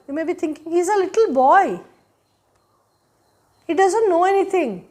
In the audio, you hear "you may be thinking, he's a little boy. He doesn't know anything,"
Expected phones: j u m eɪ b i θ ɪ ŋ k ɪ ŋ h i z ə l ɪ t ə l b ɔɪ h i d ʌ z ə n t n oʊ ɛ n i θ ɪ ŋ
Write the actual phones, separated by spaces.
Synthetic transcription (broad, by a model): j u m eɪ b i t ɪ ŋ k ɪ ŋ h i z ə l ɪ t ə l b ɔɪ h i d ʌ z ə n t n oʊ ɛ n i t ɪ ŋ